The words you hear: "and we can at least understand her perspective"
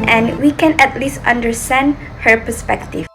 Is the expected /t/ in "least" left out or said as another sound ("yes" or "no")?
no